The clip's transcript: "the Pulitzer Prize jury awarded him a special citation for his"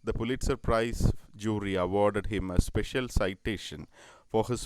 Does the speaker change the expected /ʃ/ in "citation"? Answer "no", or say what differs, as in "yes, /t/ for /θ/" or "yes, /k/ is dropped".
no